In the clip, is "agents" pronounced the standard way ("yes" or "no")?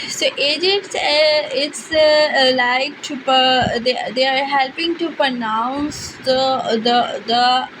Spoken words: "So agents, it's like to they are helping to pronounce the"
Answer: no